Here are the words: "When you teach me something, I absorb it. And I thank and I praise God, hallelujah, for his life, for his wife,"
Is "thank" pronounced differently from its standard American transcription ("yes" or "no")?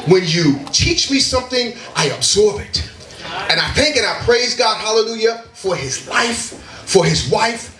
no